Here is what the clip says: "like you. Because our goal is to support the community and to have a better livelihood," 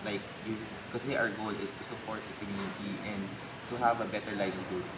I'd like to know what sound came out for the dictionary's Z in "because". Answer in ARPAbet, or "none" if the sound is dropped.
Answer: none